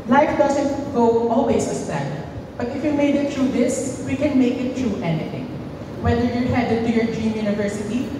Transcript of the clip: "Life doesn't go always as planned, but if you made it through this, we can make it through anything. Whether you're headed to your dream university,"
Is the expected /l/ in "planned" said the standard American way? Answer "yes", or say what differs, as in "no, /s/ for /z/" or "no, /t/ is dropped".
no, /l/ is dropped